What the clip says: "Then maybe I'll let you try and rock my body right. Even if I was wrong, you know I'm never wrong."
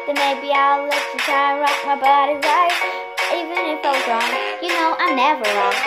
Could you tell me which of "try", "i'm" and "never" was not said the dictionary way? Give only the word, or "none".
try